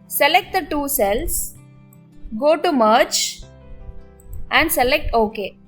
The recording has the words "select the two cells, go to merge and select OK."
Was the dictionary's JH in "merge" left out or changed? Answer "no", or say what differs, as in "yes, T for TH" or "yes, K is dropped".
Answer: yes, CH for JH